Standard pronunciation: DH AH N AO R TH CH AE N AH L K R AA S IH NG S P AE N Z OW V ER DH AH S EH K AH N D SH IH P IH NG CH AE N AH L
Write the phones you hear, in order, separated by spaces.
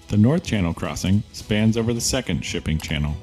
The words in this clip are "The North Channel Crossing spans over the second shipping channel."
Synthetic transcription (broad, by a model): DH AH N AO R TH CH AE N L K R AA S IH NG S P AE N Z OW V ER DH AH S EH K AH N D SH IH P IH NG CH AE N L